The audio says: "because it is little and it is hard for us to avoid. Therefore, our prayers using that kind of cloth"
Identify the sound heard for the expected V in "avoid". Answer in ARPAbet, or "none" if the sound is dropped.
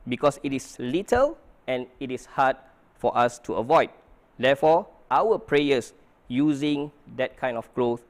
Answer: V